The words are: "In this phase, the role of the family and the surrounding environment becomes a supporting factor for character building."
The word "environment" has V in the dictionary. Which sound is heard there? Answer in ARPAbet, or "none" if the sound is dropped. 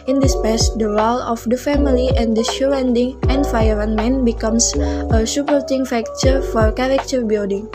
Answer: F